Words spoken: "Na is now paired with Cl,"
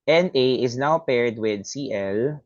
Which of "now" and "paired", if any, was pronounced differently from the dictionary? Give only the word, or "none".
none